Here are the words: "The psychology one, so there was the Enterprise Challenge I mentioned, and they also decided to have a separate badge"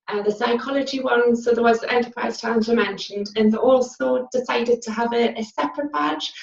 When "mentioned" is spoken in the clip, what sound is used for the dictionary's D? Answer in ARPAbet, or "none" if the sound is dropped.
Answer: D